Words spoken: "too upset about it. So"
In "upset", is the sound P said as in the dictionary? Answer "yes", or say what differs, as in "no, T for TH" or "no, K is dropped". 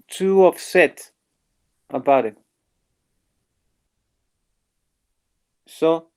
no, F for P